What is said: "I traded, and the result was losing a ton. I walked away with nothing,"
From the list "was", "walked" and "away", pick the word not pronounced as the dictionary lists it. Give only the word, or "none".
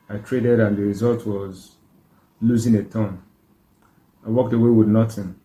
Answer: none